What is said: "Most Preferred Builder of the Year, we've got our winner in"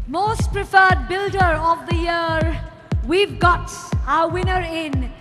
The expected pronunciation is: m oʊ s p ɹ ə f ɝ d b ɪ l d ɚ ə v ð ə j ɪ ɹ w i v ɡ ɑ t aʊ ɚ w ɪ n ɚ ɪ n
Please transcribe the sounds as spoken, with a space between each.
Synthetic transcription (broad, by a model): m oʊ s p ɹ ə f ɝ d b ɪ l d ɚ ə v ð ə j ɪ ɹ w i v ɡ ɑ t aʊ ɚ w ɪ n ɚ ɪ n